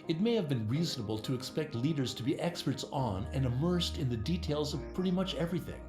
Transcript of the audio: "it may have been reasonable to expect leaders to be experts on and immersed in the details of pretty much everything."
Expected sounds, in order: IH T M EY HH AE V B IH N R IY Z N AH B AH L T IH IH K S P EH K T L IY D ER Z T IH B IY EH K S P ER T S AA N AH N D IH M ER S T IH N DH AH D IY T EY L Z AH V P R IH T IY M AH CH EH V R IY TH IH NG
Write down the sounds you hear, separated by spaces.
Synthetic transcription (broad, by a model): IH T M EY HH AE V B IH N R IY Z N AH B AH L T IH IH K S P EH K T L IY D ER Z T IH B IY EH K S P ER T S N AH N IH M ER S T IH N DH AH D IY T EY L Z AH V P R IH T IY M AH CH EH V R IY TH IH NG